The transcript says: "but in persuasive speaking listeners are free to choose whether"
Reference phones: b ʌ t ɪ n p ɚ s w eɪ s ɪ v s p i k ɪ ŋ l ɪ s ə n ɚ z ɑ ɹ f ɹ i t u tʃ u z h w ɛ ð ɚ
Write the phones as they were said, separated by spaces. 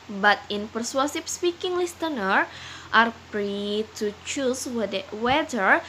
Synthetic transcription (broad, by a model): b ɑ t ɪ n p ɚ s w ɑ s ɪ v s p i k ɪ ŋ l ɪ s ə n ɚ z ɑ ɹ p ɹ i t u tʃ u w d w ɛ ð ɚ